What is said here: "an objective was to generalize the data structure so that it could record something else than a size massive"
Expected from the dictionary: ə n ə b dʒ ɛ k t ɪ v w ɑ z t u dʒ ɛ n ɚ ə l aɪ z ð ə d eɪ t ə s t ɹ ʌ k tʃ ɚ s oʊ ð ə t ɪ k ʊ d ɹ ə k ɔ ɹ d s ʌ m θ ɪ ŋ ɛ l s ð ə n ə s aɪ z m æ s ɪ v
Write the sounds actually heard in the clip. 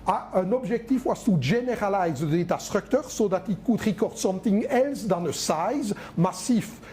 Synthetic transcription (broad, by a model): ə n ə b ʒ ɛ k t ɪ f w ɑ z t u ʒ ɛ n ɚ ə l aɪ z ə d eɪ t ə s t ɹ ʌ k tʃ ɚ s oʊ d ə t ɪ k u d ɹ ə k ɔ ɹ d s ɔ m t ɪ ŋ ɛ l s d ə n ə s aɪ z m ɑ s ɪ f